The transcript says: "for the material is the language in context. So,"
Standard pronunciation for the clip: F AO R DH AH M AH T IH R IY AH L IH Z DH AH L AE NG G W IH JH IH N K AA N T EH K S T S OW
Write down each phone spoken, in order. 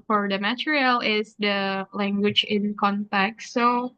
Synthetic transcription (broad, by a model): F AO R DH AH M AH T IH R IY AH L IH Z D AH L AE NG G W IH JH IH N K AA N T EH K T S OW